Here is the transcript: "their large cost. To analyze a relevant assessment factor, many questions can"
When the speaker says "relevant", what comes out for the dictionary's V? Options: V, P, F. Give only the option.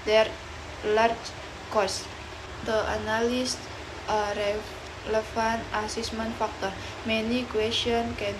F